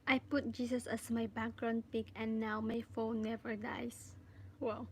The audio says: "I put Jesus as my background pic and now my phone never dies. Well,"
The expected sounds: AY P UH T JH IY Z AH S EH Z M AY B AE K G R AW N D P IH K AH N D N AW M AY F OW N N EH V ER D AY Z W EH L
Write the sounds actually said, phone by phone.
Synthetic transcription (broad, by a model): AY P UH T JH IY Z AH S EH S M AY B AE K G R AW N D P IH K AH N N AW M AY F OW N N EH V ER D AY S W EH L